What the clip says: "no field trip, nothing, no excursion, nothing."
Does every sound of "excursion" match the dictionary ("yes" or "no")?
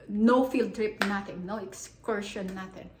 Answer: no